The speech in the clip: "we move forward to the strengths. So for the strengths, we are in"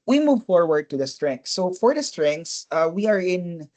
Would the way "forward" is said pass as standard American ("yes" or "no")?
yes